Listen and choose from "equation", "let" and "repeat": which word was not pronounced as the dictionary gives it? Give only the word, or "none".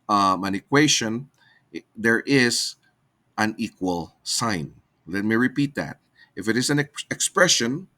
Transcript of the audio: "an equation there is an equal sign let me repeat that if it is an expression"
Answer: equation